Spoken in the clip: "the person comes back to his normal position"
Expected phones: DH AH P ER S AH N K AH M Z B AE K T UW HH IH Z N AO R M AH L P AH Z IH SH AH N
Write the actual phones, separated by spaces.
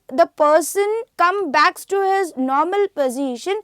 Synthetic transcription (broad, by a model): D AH P ER S AH N K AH M B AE K T UW HH IH Z N AO R M AH L P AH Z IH SH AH N